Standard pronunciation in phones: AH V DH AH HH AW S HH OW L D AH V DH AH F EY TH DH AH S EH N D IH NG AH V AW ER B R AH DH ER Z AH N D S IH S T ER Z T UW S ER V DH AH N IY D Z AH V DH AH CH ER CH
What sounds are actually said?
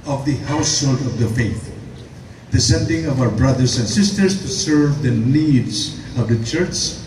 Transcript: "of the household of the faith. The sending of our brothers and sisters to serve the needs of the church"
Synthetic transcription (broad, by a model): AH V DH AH HH AW S HH OW L D AH V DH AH F EY TH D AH S EH N D IH NG AH V AW ER B R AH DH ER S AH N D S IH S T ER S T UW S ER V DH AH N IY D S AH V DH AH CH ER CH